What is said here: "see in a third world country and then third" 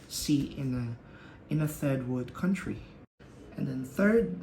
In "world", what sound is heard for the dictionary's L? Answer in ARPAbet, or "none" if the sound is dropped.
none